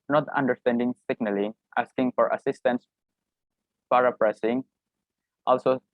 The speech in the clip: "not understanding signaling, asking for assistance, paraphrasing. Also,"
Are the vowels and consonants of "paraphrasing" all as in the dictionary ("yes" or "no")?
no